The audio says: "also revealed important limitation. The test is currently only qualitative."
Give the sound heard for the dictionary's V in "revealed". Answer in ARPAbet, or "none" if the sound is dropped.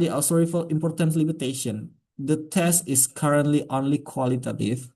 F